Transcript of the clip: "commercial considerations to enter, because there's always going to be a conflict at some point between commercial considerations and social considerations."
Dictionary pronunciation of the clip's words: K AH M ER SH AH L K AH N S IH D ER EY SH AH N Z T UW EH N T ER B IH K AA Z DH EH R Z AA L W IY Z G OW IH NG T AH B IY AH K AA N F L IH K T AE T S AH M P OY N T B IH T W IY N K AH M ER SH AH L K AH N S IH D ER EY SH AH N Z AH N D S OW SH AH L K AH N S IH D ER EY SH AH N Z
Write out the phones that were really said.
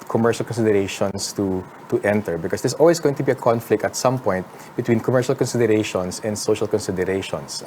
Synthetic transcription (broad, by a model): K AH M ER SH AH L K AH N S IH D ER EY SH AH N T T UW EH N T ER B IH K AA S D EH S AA L W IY S G OW IH NG T AH B IY AH K AA N F L IH K T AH T S AH M P OY N T B IH T W IY N K AH M ER SH AH L K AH N S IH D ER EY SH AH N S AH N D S OW SH AH L K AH N S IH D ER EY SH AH N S